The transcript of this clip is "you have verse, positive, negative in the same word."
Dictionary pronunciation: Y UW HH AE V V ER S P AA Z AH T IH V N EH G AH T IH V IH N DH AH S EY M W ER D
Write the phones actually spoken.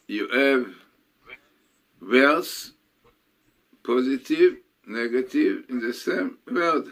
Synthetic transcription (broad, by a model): Y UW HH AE V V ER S P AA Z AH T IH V N EH G AH T IH V IH N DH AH S EY M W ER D